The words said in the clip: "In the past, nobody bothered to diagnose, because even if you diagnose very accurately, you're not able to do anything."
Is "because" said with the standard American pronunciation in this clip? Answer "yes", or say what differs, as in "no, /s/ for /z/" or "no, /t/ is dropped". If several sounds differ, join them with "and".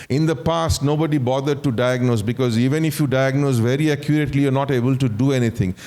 yes